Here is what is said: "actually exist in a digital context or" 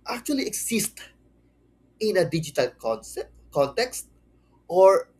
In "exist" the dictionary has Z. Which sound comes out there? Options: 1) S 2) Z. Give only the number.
1